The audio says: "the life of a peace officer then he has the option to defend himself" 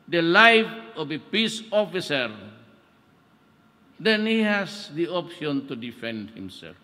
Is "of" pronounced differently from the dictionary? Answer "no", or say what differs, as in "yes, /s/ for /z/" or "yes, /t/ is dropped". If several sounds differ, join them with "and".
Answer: yes, /b/ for /v/